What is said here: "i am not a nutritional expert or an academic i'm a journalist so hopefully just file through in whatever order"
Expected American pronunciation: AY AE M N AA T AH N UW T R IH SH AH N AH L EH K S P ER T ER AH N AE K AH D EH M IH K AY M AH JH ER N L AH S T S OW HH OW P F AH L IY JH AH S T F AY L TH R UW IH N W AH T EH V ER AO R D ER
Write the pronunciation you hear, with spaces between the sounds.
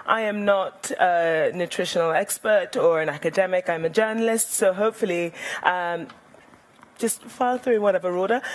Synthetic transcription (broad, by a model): AY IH M N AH T AH N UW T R IH SH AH N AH L EH K S P ER T ER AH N AE K AH D EH M IH K AY M AH JH ER N L AH S T S OW HH OW P F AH L IY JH AH S T F AY L TH R UW IH N W AH T EH V ER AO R D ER